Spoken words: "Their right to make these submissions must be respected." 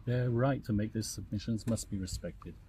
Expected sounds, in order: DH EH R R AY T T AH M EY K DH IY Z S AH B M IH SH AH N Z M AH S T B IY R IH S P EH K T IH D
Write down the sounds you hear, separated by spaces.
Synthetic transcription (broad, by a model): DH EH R R AY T T AH M EY K DH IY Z S AH B M IH SH AH N Z M AH S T B IY R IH S P EH K T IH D